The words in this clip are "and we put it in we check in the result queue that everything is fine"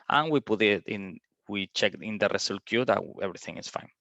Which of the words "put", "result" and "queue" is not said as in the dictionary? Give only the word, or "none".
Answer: result